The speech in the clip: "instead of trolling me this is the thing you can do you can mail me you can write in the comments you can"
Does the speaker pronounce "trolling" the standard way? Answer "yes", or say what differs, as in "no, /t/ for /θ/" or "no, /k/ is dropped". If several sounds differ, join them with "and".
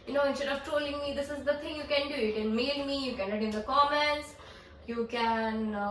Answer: no, /ɹ/ is dropped